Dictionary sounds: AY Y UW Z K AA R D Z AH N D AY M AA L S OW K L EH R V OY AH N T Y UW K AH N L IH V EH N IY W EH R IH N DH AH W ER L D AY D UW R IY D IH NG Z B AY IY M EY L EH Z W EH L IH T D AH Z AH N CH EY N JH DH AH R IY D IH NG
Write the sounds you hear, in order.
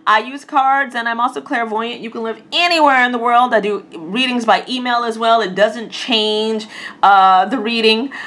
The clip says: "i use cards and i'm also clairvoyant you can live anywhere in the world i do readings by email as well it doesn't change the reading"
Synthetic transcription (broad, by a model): AY Y UW Z K AA R D Z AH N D AY M AA L S OW K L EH R V OY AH N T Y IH K AH N L IH V EH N IY W EH R IH N DH AH W ER L D AY D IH R IY D IH NG Z B AY IY M EY L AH Z W EH L IH T D AH Z AH N CH EY N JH DH AH R IY D IH NG